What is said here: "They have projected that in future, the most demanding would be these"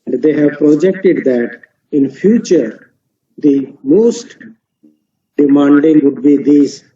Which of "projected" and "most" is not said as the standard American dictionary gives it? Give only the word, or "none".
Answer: none